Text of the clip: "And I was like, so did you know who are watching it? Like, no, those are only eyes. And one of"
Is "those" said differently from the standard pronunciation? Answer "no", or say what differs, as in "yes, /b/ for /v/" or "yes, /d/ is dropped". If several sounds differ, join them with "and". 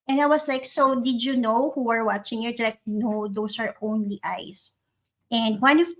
yes, /s/ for /z/